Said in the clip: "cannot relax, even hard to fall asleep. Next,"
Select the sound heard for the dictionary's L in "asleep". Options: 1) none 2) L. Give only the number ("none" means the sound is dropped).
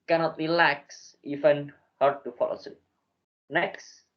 1